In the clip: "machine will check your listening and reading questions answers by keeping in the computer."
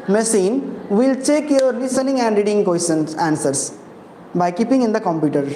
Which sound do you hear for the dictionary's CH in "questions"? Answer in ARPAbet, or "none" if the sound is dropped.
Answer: none